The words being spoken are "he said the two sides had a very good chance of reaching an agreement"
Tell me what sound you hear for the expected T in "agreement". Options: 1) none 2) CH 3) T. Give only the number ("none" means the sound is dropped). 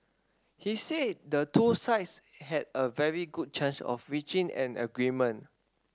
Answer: 1